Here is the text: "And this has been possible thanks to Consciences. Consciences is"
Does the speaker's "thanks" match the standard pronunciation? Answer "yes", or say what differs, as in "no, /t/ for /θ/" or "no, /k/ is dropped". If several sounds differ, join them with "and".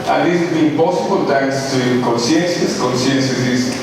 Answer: no, /t/ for /θ/